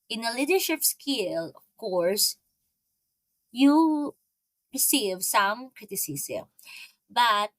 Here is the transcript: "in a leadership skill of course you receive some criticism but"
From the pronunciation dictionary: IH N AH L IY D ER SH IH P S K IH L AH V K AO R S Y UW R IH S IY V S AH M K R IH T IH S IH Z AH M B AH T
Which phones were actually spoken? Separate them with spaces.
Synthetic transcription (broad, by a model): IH N AH L IY D ER SH IH P S K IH L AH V K AO R S Y UW R IH S IY V S AH M K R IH T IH S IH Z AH M B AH T